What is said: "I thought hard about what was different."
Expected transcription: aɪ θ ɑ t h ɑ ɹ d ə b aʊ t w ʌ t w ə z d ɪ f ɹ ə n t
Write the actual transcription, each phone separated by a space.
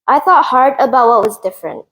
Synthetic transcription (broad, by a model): aɪ θ ɑ t h ɑ ɹ d ə b aʊ t w ʌ t w ə z d ɪ f ɹ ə n t